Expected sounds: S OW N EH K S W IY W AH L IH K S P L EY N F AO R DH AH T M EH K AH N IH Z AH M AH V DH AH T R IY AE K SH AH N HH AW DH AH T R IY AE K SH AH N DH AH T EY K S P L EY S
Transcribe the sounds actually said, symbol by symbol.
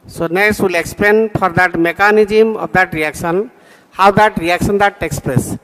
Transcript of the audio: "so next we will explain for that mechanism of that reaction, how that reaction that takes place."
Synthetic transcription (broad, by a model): S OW N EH S W IY L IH K S P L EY N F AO R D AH T M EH K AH N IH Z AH M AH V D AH T R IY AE K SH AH N HH AW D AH T R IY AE K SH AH N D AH T EY K S P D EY S